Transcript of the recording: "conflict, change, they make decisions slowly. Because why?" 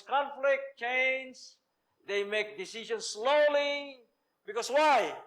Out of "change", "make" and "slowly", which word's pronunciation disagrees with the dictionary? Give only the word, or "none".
change